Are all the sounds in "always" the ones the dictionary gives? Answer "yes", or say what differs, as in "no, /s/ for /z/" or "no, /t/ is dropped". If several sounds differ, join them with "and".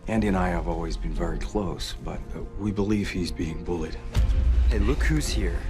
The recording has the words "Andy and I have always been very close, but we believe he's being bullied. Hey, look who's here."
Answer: yes